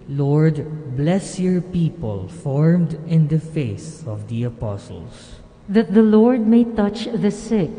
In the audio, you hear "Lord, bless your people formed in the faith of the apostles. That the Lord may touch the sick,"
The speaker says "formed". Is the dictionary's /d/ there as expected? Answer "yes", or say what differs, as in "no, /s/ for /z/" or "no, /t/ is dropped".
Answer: yes